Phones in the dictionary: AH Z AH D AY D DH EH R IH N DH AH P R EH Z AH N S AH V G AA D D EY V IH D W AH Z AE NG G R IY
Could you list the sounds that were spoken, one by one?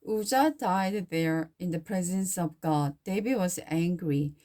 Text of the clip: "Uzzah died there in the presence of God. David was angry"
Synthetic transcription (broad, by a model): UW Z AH D AY D DH EH R IH N DH AH P R EH Z AH N S AH V G AA D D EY B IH W AH Z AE NG G R IY